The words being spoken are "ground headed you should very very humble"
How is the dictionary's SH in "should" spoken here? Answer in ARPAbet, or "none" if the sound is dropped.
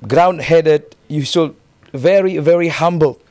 S